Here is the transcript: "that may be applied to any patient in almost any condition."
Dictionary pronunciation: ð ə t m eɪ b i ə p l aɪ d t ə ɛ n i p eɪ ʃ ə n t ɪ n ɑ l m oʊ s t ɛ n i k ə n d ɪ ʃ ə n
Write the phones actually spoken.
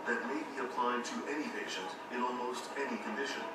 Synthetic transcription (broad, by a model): ð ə t m eɪ b i ə p l aɪ d t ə ɛ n i p eɪ ʃ ə n t ɪ n ɑ l m oʊ s t ɛ n i k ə n d ɪ ʃ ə n